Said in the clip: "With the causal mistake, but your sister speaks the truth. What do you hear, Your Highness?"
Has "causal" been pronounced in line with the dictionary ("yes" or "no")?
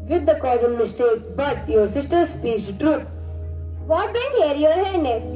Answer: no